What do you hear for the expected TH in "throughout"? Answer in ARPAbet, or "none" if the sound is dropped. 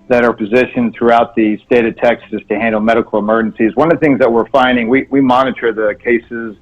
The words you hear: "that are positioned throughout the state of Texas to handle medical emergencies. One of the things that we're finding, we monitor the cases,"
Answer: TH